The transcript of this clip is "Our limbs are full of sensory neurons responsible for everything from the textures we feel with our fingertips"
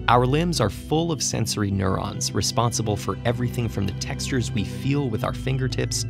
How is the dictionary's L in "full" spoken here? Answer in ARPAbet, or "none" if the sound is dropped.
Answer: L